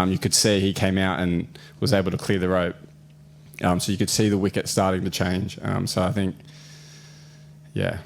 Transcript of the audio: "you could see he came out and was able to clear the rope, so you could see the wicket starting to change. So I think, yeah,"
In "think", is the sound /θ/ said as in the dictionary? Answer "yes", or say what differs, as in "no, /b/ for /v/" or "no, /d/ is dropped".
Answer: yes